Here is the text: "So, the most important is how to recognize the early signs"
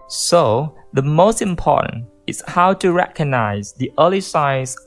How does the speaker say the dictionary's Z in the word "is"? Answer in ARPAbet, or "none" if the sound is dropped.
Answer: S